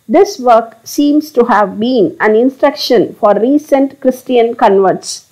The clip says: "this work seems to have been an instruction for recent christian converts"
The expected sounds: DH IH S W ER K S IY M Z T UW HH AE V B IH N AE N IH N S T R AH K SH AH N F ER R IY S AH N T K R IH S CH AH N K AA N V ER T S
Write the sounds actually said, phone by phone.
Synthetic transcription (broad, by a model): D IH S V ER K S IY M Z T UW HH AE V B IH N AE N IH N S T R AH K SH AH N F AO R IY S AH N T K R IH S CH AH N K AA N V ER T S